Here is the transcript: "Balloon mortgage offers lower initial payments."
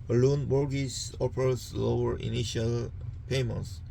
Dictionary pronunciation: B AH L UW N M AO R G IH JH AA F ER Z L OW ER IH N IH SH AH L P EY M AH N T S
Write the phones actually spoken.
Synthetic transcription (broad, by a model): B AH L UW N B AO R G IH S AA P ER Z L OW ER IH N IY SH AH L P EY M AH N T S